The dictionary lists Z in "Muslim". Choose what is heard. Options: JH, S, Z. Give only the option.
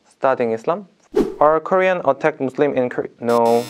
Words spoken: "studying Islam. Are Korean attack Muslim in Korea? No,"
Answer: S